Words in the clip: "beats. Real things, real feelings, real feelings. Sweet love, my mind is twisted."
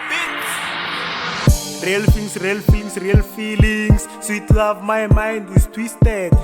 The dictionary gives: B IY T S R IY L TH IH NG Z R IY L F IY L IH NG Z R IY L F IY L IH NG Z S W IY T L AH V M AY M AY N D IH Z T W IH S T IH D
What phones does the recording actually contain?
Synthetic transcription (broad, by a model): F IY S R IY L F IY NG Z R IY L F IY L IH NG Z R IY L F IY L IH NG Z S W IY T L AH V M AY M AY N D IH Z T W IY S T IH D